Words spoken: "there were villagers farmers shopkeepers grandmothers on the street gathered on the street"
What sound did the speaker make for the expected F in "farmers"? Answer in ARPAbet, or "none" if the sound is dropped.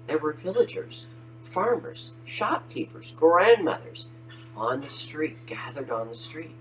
F